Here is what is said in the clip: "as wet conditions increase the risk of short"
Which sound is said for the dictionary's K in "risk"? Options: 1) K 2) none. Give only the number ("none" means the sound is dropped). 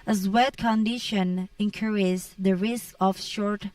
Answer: 1